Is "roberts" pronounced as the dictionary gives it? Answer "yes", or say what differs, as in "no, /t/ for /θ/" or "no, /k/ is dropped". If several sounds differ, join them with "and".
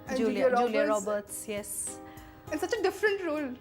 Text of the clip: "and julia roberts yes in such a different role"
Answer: yes